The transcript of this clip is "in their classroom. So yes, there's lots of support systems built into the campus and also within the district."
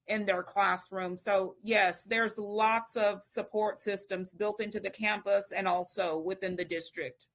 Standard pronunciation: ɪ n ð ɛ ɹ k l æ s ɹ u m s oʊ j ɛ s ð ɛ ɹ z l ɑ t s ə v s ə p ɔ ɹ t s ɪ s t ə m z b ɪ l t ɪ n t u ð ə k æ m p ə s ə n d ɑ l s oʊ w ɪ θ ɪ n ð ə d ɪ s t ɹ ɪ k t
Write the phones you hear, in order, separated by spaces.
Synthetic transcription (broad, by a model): ɪ n ð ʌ ɹ k l æ s ɹ u m s oʊ j ɛ s ð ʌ ɹ z l ɑ t s ə v s ə p ɔ ɹ t s ɪ s t ə m z b ɪ l t ɪ n t u ð ə k æ m p ə s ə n ɑ l s oʊ w ɪ θ ɪ n ð ə d ɪ s t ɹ ɪ k t